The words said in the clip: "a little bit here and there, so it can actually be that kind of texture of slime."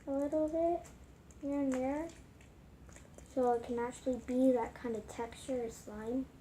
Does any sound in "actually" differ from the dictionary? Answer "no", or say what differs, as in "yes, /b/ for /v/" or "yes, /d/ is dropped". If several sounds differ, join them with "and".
no